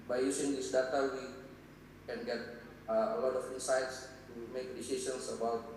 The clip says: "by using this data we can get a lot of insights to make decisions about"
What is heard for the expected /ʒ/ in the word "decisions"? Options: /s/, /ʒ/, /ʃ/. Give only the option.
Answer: /s/